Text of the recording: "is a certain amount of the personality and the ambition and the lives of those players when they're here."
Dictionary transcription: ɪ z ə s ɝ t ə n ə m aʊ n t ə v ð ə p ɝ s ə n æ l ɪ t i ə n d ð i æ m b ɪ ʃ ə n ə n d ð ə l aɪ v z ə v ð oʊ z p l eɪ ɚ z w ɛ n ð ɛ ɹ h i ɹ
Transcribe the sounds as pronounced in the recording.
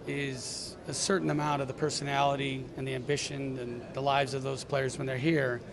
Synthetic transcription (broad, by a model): ɪ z ə s ɝ t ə n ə m aʊ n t ə v ð ə p ɝ s ə n æ l ɪ t i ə n ð i æ m b ɪ ʃ ə n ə n ð ə l aɪ v z ə v ð oʊ z p l eɪ ɚ z w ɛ n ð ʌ ɹ h i ɹ